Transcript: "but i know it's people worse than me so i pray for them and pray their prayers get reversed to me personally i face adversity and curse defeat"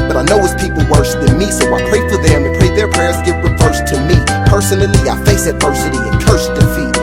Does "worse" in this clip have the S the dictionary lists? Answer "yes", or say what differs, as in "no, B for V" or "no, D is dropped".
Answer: no, SH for S